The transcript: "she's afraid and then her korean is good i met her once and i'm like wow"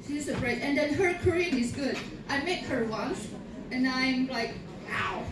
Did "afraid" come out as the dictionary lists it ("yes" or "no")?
no